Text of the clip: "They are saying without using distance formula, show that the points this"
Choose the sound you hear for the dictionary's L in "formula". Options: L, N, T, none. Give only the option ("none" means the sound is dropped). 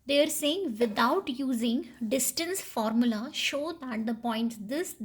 L